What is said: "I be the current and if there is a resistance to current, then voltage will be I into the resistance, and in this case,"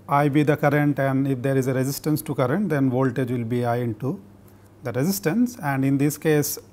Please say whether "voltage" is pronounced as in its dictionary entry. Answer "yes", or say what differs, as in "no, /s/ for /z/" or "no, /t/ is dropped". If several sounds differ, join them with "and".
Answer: yes